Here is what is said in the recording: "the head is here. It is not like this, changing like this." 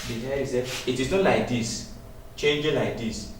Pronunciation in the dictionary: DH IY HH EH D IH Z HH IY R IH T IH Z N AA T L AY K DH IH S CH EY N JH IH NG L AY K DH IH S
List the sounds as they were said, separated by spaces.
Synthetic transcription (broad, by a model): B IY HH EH IH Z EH IH T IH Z N AA T L AY K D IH S CH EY N JH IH L AY K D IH S